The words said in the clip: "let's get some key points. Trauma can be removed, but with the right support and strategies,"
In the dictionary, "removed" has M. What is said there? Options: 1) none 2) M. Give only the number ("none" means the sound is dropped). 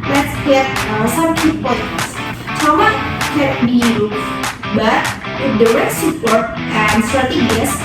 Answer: 1